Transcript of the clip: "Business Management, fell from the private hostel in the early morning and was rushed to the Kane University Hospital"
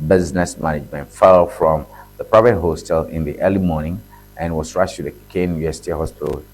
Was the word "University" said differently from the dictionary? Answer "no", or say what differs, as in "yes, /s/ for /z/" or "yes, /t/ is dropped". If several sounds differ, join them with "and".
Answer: yes, /n/ is dropped